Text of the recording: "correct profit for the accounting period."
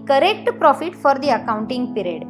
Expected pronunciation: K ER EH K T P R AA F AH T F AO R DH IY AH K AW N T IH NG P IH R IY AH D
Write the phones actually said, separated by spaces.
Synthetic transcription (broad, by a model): K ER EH K T P R AA F AH T F AO R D IY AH K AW N T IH NG P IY R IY D